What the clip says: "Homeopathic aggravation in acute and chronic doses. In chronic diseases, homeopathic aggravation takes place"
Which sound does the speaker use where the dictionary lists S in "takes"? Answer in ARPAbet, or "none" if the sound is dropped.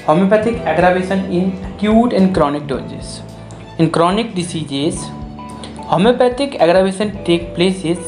none